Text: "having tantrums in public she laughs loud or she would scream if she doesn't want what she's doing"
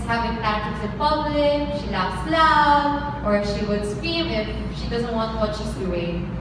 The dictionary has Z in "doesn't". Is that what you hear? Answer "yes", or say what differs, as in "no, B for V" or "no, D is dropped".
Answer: yes